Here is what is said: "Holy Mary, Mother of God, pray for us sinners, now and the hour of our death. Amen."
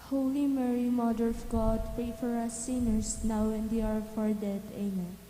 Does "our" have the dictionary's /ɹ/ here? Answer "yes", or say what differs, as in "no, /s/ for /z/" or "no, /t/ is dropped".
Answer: yes